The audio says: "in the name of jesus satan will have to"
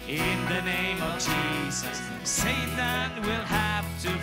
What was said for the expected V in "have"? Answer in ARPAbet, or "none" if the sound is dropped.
F